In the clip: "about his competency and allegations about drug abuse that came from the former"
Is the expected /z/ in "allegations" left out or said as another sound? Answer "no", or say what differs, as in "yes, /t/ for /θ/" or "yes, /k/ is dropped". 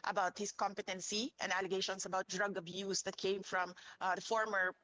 yes, /s/ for /z/